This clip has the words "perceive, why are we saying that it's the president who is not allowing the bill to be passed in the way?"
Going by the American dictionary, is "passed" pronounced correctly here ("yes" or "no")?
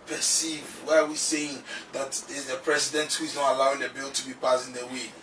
no